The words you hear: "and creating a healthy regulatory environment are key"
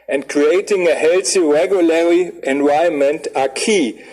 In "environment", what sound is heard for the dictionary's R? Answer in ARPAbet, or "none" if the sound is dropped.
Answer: none